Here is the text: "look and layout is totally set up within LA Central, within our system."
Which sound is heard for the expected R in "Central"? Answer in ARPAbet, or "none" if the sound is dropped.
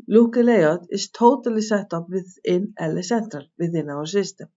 R